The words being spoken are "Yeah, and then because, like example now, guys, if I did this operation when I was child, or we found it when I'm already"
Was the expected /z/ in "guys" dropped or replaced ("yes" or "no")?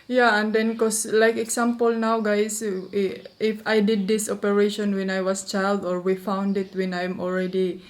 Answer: yes